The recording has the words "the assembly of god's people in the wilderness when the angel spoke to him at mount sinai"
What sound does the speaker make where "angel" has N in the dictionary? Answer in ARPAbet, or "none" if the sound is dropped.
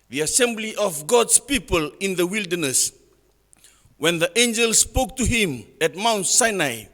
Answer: N